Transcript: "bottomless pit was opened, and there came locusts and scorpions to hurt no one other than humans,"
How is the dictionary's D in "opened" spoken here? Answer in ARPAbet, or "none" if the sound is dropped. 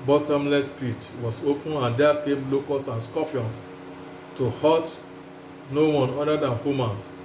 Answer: none